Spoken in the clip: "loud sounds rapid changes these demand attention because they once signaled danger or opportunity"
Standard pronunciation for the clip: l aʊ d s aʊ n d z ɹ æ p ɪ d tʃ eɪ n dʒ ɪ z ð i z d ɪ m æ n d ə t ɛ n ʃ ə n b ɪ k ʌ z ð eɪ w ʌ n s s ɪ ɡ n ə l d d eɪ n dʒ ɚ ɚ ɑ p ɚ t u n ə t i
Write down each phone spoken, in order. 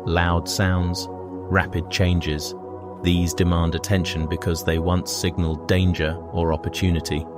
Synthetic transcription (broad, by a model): l aʊ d s aʊ n d z ɹ æ p ɪ d tʃ eɪ n dʒ ɪ z ð i z d ɪ m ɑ n d ə t ɛ n ʃ ə n b ɪ k ʌ z ð eɪ w ʌ n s s ɪ ɡ n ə l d d eɪ n dʒ ɚ ɚ ɑ p ɚ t u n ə t i